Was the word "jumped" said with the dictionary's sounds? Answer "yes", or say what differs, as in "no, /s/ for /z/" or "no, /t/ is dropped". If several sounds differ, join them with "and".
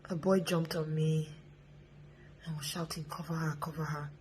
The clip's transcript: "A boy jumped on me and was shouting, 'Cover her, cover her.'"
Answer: yes